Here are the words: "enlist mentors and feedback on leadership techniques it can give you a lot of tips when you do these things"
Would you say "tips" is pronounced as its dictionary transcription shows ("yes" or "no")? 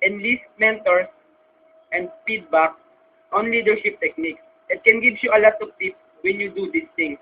no